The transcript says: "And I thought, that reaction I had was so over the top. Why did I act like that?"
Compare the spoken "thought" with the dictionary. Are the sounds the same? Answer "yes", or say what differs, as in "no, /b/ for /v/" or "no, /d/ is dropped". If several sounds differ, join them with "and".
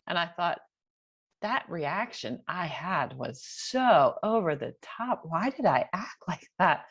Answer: yes